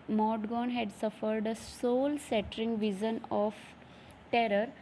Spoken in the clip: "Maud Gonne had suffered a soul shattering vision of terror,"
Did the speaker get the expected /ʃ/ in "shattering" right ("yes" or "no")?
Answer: no